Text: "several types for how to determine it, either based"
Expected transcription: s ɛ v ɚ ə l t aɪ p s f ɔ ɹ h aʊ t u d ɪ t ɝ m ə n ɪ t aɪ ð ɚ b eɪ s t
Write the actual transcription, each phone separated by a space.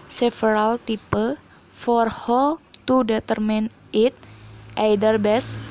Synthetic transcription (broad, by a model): s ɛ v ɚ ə l t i p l f ɔ ɹ h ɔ t u d ɪ t ɝ m ə n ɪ t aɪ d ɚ b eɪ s